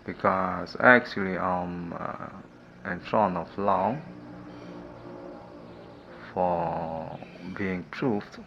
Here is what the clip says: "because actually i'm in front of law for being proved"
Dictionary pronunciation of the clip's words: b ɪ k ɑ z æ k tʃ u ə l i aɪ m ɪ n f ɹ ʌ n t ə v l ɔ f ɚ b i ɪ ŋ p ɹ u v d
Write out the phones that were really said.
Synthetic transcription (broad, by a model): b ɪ k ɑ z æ k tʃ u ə l i aɪ m ɪ n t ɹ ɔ n ə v l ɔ f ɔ b i ɪ ŋ p ɹ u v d